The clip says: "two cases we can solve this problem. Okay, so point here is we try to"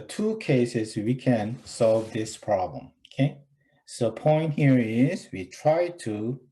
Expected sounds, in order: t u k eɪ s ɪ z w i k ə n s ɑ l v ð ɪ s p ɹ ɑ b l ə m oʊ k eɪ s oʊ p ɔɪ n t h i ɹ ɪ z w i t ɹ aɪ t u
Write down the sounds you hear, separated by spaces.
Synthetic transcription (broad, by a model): t u k eɪ s ɪ z w i k ə n s ɑ l v ð ɪ s p ɹ ɑ b l ə m oʊ k eɪ s oʊ p ɔɪ n t h i ɹ ɪ z w i t ɹ aɪ t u